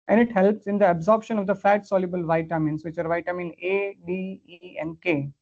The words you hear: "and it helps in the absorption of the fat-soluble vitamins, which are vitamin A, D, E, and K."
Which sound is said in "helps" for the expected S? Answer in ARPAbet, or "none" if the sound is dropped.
S